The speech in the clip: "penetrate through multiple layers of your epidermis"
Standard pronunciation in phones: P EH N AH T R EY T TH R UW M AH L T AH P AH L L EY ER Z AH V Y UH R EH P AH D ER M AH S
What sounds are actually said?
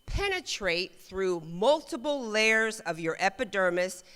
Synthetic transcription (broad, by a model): P EH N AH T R EY T TH R UW M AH L T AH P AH L L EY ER Z AH V Y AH R EH P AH D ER M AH S